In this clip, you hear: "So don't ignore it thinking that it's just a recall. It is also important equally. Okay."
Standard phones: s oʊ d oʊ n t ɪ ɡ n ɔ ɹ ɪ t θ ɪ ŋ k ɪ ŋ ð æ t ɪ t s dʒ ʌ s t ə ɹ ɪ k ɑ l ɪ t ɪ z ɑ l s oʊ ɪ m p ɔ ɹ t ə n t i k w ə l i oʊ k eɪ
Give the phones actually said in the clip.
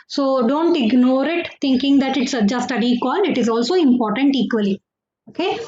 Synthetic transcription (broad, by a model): s oʊ d oʊ n t ɪ ɡ n ɔ ɹ ɪ t t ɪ ŋ k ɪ ŋ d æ t ɪ t s dʒ ʌ s t ə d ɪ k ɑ n ɪ t ɪ z ɑ l s oʊ ɪ m p ɔ ɹ t ə n t i k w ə l i oʊ k eɪ